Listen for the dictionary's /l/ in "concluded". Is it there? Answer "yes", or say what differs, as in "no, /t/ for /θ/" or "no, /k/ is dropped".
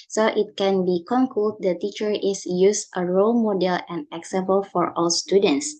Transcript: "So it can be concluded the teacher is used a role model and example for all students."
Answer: no, /l/ is dropped